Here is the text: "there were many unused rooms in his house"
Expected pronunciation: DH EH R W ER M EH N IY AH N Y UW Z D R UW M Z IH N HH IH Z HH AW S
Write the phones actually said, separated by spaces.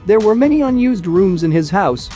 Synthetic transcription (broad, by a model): DH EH R W ER M EH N IY AH N Y UW Z D R UW M Z IH N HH IH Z HH AW S